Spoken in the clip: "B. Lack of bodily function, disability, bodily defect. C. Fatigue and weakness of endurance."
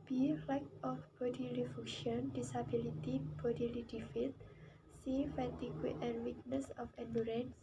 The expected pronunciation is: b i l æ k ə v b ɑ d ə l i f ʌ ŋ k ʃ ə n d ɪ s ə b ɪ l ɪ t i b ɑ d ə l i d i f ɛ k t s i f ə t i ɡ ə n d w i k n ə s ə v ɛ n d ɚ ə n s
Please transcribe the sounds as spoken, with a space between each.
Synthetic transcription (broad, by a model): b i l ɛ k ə f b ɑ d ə l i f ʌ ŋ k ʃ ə n d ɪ s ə b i l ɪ t i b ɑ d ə l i d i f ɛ t s i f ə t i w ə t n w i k n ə s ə f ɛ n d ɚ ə n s